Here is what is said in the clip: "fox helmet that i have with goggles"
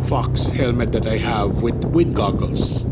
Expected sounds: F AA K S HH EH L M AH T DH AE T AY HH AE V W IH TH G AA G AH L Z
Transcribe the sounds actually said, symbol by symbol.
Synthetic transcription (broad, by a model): F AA K S HH EH L M AH T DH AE T AY HH AE V W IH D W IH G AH L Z